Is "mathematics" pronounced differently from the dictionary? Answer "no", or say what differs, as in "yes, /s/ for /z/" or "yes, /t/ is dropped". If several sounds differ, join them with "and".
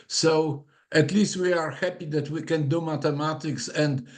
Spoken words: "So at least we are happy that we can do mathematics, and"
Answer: yes, /t/ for /θ/